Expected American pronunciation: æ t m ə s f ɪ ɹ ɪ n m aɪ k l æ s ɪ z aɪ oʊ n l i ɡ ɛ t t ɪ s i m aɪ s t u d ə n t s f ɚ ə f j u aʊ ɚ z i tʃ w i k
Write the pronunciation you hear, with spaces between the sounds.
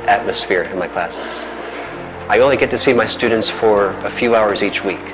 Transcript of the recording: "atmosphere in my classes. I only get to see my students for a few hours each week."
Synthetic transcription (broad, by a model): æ t m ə s f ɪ ɹ ɪ n m aɪ k l æ s ɪ z aɪ oʊ n l i ɡ ɛ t t ɪ s i m aɪ s t u d n t s f ɚ ə f j u aʊ ɚ z i tʃ w i k